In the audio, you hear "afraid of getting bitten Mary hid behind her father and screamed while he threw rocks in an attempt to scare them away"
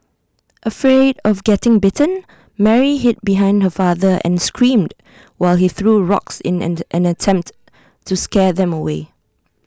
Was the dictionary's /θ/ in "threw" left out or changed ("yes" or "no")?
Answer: no